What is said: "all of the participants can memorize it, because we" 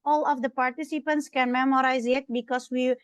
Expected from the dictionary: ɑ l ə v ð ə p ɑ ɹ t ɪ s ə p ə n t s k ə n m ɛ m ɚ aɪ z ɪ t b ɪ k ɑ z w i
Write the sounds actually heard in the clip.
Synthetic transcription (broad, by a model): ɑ l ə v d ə p ɑ ɹ t ɪ s ə p ə n t s k ə n m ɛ m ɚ aɪ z ɪ t b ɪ k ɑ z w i